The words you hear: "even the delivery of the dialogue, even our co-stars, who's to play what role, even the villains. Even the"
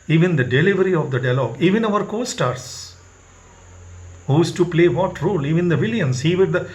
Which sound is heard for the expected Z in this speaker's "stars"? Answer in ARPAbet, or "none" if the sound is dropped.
S